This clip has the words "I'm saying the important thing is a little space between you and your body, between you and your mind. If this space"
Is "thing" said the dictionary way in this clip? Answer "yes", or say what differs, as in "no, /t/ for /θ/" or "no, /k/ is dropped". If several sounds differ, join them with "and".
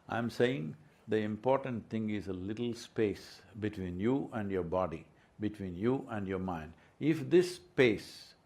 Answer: no, /t/ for /θ/